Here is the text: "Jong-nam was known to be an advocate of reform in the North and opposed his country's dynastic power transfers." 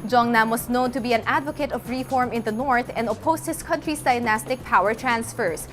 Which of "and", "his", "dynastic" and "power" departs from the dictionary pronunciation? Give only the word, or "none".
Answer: his